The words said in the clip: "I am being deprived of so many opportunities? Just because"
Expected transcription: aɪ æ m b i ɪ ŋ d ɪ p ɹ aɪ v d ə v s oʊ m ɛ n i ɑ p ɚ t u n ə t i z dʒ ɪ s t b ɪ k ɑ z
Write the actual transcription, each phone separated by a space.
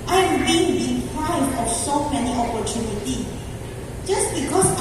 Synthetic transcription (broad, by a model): aɪ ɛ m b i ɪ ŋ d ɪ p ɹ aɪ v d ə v s oʊ m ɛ n i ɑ p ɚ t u n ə t i dʒ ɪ s b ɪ k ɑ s